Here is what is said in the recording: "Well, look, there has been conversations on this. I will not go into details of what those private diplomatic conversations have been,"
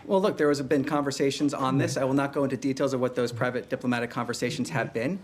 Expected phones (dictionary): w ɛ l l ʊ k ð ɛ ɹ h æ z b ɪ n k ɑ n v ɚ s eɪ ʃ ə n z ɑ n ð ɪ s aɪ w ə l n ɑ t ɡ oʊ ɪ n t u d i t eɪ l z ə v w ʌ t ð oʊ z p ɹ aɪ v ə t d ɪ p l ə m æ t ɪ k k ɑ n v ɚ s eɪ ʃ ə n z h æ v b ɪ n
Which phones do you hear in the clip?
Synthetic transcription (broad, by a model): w ɛ l l ʊ k ð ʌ ɹ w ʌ z b ɪ n k ɑ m v ɚ s eɪ ʃ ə n z n ð ɪ s aɪ w ə l n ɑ t ɡ oʊ ɪ n t u d i t eɪ l z ə v w ʌ t ð oʊ z p ɹ aɪ v ə t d ɪ p l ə m æ t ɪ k k ɑ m v ɚ s eɪ ʃ n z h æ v b ɪ n